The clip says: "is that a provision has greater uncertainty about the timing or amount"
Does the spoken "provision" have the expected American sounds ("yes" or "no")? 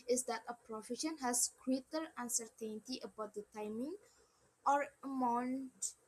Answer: no